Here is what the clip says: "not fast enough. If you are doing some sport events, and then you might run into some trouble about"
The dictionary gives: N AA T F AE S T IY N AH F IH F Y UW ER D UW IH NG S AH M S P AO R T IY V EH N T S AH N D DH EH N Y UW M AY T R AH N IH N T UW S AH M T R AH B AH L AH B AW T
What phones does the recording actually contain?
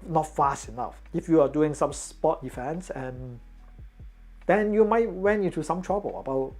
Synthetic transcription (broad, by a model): N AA T F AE S T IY N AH F IH F Y UW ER D UW IH NG S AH M S P AO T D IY F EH N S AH N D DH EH N Y UW M AY T W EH N IH N T UW S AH M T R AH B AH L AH B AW T